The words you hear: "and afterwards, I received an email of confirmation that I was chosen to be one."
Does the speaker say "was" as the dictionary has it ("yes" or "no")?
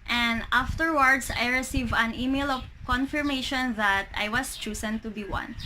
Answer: no